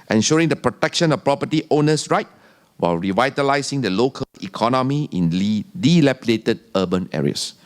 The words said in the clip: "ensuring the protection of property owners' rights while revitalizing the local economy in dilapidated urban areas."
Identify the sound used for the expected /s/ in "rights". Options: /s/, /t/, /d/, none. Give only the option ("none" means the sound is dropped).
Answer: none